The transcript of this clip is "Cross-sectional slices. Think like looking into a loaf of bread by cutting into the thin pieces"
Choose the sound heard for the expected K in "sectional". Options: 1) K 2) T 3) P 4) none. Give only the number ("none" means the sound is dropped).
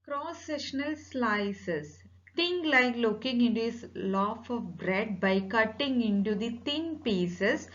4